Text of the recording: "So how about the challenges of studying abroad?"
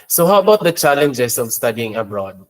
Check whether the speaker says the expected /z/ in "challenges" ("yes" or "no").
no